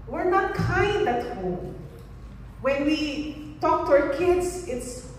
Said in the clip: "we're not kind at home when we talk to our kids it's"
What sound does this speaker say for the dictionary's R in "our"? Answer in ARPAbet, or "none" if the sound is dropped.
R